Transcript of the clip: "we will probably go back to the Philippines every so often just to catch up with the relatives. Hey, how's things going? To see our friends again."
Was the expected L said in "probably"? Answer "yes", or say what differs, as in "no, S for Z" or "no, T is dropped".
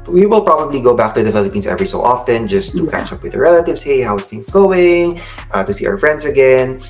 yes